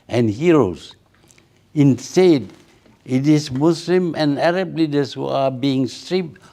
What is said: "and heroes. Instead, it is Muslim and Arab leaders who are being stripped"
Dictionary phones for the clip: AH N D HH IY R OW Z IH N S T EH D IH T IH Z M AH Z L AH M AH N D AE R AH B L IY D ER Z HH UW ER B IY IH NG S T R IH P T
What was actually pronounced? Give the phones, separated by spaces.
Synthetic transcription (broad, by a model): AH N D HH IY R OW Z IH N S T EH D IH T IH S M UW S L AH M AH N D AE R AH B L IY D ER S HH UW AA B IY IH NG S T R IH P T